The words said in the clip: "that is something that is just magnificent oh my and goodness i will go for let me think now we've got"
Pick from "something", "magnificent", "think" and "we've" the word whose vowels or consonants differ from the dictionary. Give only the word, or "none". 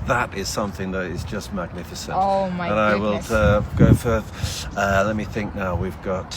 none